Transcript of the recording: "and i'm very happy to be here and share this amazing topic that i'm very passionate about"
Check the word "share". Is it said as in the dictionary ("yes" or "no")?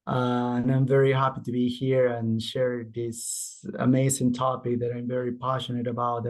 yes